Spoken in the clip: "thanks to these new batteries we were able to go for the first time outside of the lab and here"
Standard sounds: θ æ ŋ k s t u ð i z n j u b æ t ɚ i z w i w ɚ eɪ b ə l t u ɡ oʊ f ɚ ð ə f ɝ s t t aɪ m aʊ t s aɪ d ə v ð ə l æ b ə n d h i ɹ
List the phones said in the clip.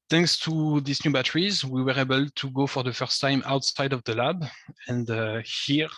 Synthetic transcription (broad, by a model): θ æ ŋ k s t u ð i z n j u b æ t ɚ i z w i w ɚ eɪ b ə l t u ɡ oʊ f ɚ ð ə f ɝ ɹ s t aɪ m aʊ t s aɪ d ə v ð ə l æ b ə n d h i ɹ